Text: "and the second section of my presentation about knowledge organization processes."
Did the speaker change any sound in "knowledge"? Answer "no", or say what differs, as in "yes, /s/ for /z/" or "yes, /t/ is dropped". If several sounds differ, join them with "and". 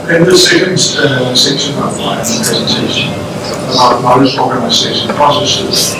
yes, /l/ is dropped and /z/ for /dʒ/